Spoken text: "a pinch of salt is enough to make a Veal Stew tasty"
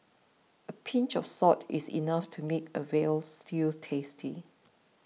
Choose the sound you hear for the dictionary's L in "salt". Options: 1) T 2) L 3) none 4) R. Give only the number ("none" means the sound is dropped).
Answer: 3